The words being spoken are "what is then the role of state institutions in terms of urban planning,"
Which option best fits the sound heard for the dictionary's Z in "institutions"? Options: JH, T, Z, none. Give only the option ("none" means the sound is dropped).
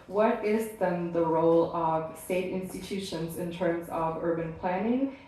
Z